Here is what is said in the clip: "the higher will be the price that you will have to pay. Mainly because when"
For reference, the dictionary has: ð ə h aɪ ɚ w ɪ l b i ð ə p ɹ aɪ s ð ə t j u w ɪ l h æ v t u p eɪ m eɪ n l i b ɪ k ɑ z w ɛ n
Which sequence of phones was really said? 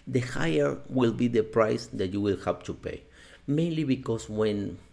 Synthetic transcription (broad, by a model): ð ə h aɪ ɚ w ɪ l b i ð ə p ɹ aɪ s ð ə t j u w ɪ l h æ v t u p eɪ m eɪ n l i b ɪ k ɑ s w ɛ n